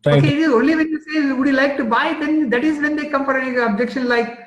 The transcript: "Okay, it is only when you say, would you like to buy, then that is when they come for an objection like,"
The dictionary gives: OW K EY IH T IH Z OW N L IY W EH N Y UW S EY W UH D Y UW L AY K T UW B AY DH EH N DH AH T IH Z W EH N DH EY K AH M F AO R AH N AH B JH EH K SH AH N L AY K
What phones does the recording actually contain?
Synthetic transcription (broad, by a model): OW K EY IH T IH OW L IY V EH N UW S EY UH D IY L AY K T UW B AY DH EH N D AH T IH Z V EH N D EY K AH M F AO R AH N AH B JH EH K SH AH N L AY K